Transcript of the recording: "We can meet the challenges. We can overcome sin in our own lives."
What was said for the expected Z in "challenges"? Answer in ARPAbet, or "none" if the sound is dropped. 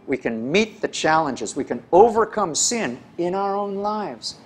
Z